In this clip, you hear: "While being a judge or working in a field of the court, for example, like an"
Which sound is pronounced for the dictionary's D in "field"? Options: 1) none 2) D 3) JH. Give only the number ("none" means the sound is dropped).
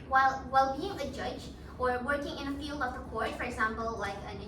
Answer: 2